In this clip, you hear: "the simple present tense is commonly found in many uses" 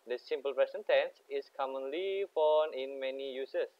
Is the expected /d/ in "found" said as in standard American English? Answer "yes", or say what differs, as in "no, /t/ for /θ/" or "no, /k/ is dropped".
no, /d/ is dropped